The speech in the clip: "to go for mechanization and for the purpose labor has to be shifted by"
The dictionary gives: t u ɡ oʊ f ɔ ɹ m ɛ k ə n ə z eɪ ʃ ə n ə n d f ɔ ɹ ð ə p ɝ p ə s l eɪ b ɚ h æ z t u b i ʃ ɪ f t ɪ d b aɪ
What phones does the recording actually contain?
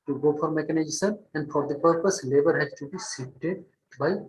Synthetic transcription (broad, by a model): t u ɡ oʊ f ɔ ɹ m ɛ k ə n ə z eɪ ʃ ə n ə n d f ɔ ɹ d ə p ɝ p ə s l eɪ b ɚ h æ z t u b i s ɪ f t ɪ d b aɪ